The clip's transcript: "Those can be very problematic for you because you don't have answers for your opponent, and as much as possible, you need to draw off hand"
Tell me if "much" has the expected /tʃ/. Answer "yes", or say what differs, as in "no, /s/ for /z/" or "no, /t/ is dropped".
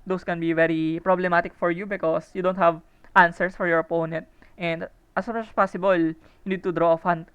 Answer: no, /s/ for /tʃ/